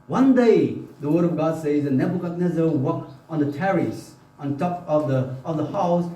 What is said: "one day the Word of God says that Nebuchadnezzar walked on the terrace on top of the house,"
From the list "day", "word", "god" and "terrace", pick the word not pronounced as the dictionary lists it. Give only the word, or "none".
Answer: none